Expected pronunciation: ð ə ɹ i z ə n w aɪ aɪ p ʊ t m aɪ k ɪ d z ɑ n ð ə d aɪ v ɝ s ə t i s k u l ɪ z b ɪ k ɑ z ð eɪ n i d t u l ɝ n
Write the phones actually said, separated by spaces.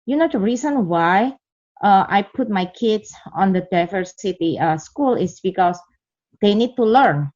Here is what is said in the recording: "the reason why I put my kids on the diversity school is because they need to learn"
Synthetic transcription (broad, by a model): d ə ɹ i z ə n w aɪ aɪ p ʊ t m aɪ k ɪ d s ɑ n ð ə d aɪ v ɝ s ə t i s k u l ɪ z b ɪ k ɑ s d eɪ n i d t u l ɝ n